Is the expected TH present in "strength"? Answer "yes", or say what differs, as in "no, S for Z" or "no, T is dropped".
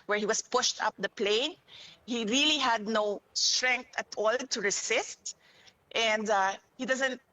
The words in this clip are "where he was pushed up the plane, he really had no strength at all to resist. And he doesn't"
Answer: no, T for TH